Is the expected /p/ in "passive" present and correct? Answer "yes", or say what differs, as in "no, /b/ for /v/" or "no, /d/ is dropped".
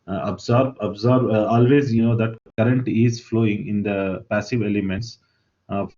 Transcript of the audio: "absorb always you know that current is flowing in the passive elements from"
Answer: yes